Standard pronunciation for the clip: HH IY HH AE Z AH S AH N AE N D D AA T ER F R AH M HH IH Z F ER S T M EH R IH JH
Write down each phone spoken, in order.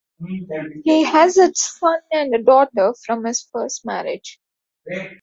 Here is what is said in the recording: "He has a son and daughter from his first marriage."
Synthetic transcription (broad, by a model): HH IY HH AE Z AH S AH N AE N D D AA T ER F R AH M HH IH Z F ER S T M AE R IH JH